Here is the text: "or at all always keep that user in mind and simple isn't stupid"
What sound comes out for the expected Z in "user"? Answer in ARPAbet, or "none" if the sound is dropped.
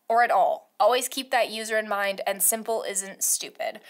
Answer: Z